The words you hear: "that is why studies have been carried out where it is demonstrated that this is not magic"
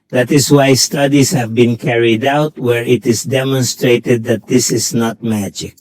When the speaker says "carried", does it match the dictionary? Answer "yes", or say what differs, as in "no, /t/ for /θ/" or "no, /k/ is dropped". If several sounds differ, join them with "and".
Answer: yes